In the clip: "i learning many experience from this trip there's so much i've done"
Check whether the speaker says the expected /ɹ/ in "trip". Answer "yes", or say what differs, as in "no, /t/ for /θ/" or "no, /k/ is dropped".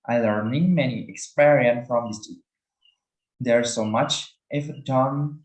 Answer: no, /ɹ/ is dropped